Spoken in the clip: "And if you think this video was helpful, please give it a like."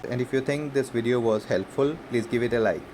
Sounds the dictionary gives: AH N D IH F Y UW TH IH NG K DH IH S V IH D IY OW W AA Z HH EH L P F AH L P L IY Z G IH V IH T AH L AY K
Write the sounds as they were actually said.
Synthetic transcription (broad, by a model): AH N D IH F Y UW T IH NG K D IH S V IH D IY OW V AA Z HH EH L P F AH L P L IY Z G IH V IH T AH L AY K